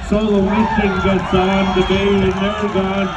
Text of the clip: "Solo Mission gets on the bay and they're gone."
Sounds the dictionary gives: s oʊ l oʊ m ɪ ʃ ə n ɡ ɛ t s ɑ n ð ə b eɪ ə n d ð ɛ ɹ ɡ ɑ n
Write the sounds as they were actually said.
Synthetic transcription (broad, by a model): s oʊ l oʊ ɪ s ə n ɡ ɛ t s ɑ n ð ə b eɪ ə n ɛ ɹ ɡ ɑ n